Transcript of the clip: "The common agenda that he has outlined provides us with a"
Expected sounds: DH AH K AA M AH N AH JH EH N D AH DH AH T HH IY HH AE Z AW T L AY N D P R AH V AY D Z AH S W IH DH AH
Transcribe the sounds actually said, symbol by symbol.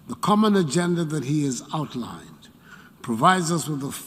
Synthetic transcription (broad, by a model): DH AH K AA M AH N AH JH EH N D AH DH AH T HH IY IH Z AW T L AY N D P R AH V AY D Z AH S W IH DH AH